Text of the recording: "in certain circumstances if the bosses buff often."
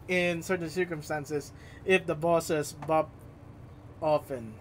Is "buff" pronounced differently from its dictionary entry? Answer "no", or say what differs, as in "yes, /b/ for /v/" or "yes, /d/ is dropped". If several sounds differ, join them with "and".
yes, /p/ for /f/